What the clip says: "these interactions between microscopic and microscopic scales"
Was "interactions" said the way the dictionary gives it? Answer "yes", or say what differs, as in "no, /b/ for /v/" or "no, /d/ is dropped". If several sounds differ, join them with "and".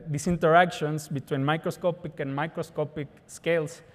no, /s/ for /z/